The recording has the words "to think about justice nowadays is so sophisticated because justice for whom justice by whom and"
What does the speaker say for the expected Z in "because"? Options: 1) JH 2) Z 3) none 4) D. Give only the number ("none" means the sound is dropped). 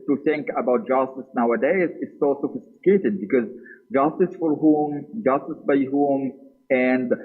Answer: 2